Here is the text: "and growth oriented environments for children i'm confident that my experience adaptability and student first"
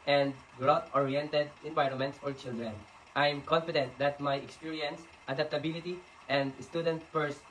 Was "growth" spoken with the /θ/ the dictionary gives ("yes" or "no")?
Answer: no